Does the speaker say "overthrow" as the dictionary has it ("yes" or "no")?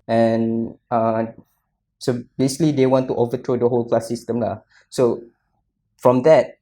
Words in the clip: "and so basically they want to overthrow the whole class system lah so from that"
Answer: no